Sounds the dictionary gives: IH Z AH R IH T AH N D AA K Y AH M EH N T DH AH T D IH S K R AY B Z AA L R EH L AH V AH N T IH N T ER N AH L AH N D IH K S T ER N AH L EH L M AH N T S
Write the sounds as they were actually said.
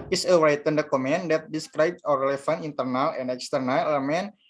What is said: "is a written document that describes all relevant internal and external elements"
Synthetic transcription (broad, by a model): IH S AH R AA T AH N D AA K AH M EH N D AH T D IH S K R AY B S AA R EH L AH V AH N IH N T ER N AH L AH N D IH K S T ER N AH L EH M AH N